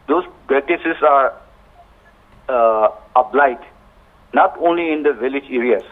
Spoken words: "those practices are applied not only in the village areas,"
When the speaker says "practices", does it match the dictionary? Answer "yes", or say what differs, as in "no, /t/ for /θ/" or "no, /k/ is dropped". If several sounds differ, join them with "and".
no, /k/ is dropped